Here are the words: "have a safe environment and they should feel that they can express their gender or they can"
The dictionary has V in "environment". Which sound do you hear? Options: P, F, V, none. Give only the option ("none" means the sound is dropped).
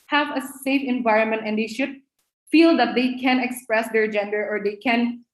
V